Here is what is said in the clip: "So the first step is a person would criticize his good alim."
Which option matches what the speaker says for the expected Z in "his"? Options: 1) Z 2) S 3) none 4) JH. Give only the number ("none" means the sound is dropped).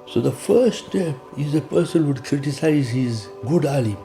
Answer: 1